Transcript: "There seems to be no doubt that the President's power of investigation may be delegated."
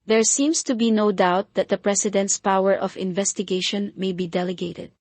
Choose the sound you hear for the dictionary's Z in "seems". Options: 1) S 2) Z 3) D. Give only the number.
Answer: 1